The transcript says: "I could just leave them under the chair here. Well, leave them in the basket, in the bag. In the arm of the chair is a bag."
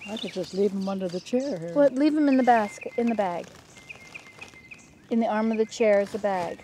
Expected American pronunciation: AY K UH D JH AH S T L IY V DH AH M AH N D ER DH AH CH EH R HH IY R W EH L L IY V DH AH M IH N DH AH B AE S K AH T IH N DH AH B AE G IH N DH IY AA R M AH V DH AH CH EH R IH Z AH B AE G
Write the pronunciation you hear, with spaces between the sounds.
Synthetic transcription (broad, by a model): AY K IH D JH AH S T L IY V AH M AH N D ER DH AH CH EH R R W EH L L IY V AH M IH N DH AH B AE S K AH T IH N DH AH B AE G IH N DH IY AA R M AH V DH AH CH EH R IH Z AH B AE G